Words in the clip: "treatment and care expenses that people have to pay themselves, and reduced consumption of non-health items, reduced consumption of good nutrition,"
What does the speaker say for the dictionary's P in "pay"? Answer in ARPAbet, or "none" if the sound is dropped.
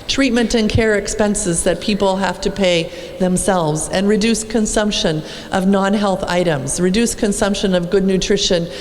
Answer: P